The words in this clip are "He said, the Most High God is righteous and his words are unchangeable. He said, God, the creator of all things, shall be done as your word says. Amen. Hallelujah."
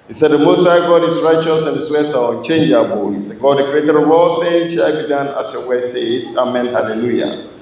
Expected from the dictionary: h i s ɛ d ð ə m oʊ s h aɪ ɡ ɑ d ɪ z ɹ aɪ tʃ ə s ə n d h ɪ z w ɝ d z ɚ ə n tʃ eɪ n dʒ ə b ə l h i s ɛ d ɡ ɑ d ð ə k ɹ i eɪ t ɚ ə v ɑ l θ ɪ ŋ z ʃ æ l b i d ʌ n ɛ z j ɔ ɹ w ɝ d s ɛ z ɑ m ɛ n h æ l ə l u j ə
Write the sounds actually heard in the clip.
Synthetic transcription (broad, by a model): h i s ɛ d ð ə m oʊ s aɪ ɡ ɑ d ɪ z ɹ aɪ tʃ ə s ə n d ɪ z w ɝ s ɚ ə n tʃ eɪ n dʒ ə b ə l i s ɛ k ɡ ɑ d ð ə k ɹ i eɪ t ɚ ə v ɑ l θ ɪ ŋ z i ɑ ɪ b i d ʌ n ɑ s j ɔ w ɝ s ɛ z ɑ m ɛ n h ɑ l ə l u j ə